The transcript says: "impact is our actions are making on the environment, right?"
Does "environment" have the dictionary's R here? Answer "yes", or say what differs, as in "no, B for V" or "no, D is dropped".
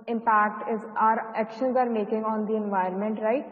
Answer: no, R is dropped